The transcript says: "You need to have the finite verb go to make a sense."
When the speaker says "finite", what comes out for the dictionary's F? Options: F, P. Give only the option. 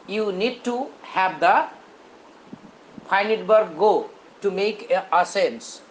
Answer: P